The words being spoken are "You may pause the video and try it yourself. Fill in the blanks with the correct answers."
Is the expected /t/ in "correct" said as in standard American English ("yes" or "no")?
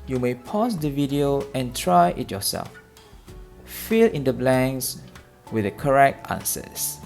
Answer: yes